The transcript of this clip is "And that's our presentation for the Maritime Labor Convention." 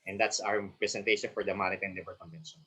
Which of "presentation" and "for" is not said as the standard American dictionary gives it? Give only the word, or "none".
presentation